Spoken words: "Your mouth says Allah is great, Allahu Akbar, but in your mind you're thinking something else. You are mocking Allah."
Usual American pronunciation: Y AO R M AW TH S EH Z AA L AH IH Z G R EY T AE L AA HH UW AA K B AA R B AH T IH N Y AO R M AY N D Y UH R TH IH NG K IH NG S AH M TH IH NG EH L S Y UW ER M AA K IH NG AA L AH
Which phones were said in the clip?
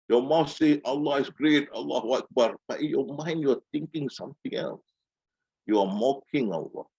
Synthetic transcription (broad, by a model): Y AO M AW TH S EH AA L AH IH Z G R EY T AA L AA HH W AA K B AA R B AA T IH N Y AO M AY N D Y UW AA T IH NG K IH NG S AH M T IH NG EH L S Y UW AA M AA K IH NG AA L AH